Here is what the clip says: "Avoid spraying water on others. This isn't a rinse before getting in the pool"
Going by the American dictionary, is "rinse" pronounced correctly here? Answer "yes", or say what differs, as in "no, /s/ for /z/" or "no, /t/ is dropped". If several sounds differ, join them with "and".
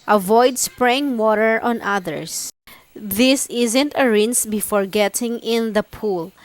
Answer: yes